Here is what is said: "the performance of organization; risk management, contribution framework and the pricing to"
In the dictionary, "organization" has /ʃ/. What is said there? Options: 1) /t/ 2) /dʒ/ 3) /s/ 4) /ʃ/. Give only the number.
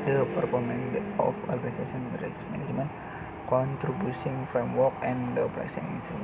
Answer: 3